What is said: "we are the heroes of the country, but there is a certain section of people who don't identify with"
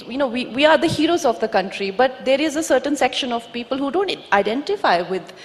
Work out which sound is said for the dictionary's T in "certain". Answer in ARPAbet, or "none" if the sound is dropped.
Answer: T